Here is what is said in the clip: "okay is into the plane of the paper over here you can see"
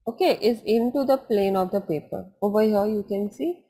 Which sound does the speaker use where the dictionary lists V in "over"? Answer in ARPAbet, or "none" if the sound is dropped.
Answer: B